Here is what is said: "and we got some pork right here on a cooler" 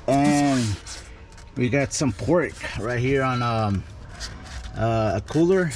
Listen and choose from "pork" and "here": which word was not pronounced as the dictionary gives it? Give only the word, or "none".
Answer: none